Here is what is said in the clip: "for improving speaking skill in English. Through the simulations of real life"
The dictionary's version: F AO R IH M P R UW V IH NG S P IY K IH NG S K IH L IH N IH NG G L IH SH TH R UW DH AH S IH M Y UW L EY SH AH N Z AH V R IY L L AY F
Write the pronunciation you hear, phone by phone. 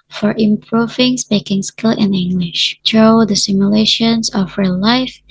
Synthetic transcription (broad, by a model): F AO R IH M P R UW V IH NG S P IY K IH NG S K IH L IH N IH NG G L IH SH T R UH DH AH S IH M Y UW L EY SH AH N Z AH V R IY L L AY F